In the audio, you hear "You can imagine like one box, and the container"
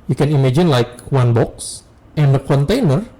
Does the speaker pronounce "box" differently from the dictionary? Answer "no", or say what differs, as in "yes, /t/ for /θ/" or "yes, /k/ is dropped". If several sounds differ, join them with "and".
no